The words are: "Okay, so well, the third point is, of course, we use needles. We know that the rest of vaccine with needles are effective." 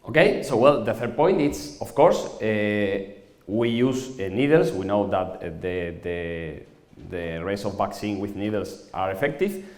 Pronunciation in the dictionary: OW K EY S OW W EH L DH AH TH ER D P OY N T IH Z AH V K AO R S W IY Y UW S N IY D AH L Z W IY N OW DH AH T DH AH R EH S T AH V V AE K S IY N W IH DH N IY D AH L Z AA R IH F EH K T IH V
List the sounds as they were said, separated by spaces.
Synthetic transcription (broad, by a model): OW K EY S OW W EH L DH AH TH ER D P OY N T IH S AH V K AO R S W IY Y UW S N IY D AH L S W IY N OW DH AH T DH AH R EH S AH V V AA K S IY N W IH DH N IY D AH L S AA R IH F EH K T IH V